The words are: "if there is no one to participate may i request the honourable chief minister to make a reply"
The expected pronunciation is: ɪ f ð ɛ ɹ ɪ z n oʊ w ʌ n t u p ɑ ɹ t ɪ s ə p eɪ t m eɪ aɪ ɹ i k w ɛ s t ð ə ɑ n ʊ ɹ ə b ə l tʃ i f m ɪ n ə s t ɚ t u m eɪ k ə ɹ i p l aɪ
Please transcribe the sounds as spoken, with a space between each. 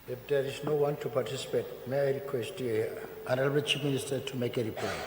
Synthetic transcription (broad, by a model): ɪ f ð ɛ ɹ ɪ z n oʊ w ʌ n t u p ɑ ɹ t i s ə p eɪ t m eɪ aɪ ɹ i k w ɛ s t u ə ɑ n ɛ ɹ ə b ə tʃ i p m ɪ n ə s t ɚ t u m eɪ k ə ɹ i p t